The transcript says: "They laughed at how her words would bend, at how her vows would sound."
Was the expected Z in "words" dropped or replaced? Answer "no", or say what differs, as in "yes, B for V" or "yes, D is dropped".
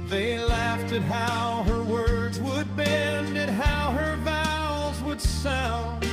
no